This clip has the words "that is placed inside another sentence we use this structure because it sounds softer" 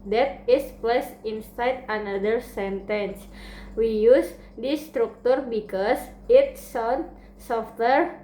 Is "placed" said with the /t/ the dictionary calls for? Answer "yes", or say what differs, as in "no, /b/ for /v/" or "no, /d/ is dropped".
no, /t/ is dropped